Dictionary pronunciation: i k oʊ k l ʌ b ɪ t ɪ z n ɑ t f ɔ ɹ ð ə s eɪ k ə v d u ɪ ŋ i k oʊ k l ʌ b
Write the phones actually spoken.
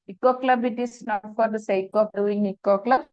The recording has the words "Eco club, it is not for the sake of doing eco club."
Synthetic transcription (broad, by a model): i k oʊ k l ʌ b ɪ t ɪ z n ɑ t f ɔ ɹ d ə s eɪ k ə b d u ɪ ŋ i k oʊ k l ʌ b